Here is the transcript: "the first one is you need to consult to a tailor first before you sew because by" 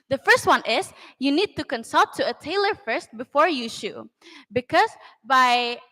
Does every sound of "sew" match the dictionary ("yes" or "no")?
no